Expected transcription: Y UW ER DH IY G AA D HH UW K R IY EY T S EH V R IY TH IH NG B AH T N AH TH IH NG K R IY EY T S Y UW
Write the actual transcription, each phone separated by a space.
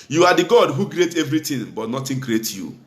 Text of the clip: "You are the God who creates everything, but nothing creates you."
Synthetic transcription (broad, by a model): Y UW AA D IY G AA D HH UW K R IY EY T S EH V R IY T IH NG B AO T N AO T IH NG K R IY EY T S Y UW